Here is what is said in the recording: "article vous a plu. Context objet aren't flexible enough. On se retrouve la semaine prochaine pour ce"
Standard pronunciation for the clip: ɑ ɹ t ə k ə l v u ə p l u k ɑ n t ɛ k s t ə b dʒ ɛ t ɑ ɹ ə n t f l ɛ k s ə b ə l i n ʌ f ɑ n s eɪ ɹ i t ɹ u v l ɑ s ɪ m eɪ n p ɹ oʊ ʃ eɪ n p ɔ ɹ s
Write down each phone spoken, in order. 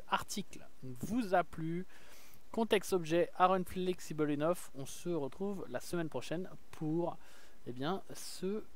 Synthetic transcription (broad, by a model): ɑ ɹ t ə k ə v u ə p l u k ɑ t ɛ k s t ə b ʒ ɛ t ɑ ɹ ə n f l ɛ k s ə b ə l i n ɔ f ɑ s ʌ ɹ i t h u v l ɑ s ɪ m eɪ n p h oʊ ʃ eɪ n p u ɹ s